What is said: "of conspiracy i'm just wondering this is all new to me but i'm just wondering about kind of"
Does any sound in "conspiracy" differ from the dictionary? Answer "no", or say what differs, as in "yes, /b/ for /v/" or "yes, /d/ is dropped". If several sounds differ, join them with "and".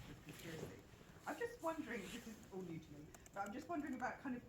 yes, /p/ is dropped